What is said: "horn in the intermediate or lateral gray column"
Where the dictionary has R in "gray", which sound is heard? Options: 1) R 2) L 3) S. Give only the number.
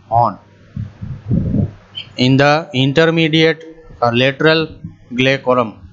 2